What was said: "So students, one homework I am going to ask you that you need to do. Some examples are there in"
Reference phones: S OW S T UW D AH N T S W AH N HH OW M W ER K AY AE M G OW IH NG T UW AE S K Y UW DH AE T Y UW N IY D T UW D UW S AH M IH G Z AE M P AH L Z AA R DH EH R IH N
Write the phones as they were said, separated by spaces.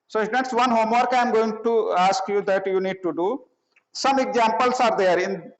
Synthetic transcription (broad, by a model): S OW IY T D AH T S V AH N HH OW M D K AY M G OW IH NG T UW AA S K Y UW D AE T Y UW N IY D T UW D UW S AH M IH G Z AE M P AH L S AA R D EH R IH N